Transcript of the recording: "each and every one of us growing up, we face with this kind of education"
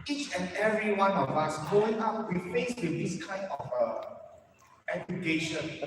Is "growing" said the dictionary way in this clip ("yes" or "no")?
no